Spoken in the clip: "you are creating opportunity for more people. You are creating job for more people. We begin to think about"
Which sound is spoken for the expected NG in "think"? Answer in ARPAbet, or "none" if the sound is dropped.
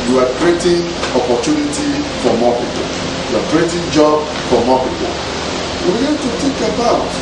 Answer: none